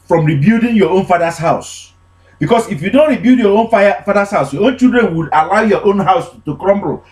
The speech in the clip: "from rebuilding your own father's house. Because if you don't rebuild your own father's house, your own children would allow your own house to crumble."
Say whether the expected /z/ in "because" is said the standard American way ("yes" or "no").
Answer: no